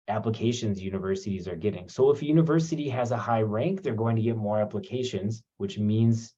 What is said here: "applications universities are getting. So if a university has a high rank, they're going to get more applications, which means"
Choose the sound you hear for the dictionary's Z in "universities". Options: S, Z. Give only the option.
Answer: Z